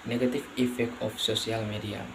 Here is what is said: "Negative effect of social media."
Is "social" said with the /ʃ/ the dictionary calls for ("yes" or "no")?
no